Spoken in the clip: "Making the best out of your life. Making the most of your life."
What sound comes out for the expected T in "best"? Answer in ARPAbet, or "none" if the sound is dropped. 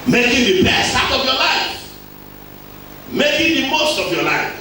none